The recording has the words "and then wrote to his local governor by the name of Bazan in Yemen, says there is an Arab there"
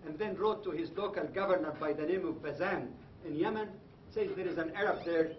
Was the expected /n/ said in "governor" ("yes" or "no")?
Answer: yes